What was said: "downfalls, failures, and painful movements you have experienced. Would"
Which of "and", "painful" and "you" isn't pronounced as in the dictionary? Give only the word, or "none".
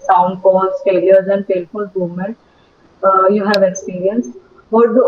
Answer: painful